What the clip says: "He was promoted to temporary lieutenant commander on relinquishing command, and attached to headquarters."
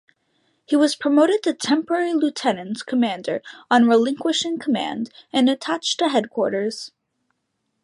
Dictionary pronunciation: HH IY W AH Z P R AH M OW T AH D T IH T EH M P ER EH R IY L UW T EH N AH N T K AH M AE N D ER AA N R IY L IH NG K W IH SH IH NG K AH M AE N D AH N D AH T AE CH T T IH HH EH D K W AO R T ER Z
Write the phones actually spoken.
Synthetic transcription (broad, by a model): HH IY W AH Z P R AH M OW T AH D T IH T EH M P ER EH R IY L UW T EH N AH N T K AH M AE N D ER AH N R IY L IH NG K W IH SH IH NG K AH M AE N D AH N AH T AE CH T T IH HH EH D K W AO R T ER Z